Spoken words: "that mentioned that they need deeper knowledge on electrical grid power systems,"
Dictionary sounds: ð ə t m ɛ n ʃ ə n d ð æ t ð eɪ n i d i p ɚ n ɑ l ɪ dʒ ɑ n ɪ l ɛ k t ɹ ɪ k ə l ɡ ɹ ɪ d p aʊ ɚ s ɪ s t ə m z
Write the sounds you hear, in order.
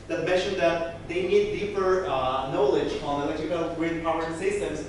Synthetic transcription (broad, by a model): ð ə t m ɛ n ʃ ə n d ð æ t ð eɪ n i d i p ɚ n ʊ l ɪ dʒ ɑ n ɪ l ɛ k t ɪ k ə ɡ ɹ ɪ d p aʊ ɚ s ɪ s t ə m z